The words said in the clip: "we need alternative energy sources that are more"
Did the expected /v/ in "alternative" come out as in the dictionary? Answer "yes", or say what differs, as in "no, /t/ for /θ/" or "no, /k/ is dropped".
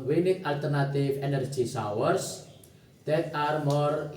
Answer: no, /f/ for /v/